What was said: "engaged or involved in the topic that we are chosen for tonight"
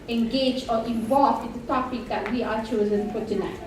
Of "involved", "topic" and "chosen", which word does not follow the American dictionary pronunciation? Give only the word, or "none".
involved